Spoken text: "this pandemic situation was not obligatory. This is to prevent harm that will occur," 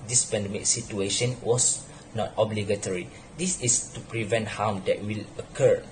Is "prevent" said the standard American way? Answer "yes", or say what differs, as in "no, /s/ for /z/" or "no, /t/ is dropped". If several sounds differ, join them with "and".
yes